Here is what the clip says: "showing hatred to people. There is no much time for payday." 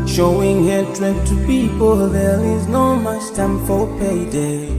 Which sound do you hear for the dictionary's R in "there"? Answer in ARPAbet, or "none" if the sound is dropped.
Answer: L